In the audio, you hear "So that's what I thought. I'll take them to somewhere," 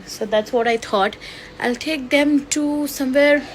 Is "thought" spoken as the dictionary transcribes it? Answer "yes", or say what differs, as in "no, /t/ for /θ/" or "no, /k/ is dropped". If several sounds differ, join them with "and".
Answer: no, /t/ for /θ/